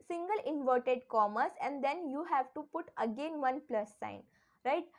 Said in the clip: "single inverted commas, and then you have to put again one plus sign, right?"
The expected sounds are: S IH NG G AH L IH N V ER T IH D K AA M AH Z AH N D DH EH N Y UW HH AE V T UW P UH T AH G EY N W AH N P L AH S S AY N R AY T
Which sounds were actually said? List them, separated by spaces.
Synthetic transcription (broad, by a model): S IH NG G AH L IH N V ER T IH D K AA M AH S AH N D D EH N Y UW HH AE V T UW P UH T AH G EY N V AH N P L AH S S AY N R AY T